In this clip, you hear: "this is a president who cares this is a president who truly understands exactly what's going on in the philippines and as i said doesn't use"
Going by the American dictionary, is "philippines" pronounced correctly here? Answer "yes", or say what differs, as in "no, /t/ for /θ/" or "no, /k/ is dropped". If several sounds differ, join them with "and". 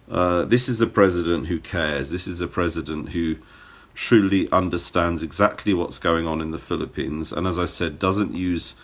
yes